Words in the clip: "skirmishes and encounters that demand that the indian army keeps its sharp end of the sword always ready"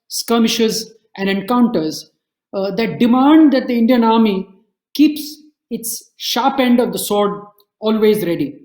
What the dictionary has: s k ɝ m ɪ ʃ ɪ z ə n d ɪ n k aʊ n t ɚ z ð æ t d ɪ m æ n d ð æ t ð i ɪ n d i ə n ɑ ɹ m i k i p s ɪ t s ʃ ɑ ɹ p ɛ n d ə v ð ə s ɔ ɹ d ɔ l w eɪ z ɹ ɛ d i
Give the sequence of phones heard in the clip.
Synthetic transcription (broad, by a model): s k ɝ m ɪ ʃ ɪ z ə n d ɪ n k aʊ n t ɚ z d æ t d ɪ m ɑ n d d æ t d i ɪ n d i ə n ɑ ɹ m i k i p s ɪ t s ʃ ɑ ɹ p ɛ n d ə v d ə s ɔ ɹ d ɔ l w eɪ z ɹ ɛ d i